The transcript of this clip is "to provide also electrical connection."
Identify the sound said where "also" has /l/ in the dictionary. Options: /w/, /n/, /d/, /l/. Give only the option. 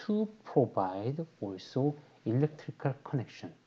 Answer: /l/